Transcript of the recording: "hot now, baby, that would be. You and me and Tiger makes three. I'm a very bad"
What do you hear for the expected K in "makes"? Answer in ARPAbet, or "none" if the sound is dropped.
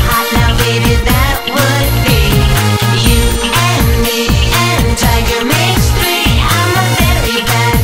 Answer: none